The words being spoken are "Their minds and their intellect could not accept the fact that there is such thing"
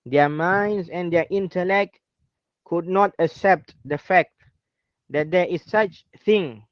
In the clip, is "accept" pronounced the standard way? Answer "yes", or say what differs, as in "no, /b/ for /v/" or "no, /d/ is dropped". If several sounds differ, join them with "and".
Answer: yes